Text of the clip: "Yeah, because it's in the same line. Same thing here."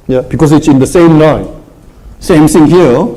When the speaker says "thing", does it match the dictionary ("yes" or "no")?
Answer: no